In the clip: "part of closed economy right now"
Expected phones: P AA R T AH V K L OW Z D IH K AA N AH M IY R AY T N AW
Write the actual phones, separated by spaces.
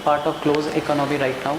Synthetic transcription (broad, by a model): P AA R T AH V K L OW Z IH K AA N AH M IY R AY T N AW